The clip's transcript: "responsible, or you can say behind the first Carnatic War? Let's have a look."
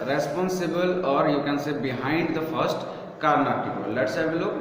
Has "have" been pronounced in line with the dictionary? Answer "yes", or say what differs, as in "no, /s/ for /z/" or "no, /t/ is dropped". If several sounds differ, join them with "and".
no, /b/ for /v/